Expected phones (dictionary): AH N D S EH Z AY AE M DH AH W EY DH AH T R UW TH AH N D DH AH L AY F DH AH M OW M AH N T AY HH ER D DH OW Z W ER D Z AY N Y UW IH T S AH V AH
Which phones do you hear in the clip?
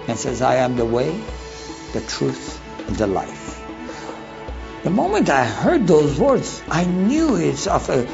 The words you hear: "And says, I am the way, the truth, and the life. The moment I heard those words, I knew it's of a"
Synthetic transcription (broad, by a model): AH N S EH Z AY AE M DH AH W EY DH AH T R UW TH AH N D DH AH L AY F DH AH M OW M AH N T AY HH ER D DH OW Z W ER D Z AY N Y UW IH T S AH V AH